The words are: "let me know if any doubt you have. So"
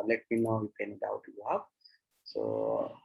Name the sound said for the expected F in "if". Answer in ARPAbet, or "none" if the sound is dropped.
P